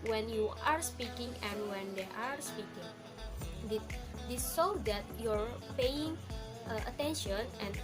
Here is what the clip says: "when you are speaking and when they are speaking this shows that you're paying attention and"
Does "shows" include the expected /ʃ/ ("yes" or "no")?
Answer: no